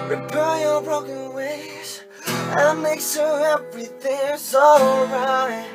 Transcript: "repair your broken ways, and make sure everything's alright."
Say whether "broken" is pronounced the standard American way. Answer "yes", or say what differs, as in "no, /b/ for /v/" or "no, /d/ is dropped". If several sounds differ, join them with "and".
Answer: yes